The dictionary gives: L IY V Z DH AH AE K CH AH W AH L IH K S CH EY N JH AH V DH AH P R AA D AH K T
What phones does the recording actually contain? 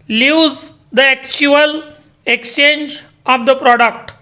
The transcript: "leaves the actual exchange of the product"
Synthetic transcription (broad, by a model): L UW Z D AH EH K CH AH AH L IH K S CH EY N JH AH V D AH P R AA D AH K T